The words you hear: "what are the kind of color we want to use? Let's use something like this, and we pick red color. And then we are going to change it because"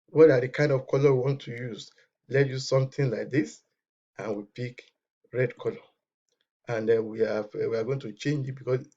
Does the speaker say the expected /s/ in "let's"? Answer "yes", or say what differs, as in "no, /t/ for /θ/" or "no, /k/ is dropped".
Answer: no, /s/ is dropped